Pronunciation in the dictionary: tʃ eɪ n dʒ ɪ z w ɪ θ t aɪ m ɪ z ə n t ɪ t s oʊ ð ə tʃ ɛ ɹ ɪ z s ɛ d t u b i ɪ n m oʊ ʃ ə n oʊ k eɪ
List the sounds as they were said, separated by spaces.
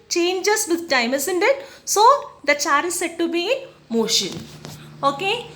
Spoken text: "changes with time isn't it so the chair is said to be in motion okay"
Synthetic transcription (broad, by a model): tʃ eɪ n dʒ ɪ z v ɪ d t aɪ m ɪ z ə n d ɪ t s oʊ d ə tʃ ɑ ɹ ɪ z s ɛ d t u b i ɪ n m oʊ ʃ ə n oʊ k eɪ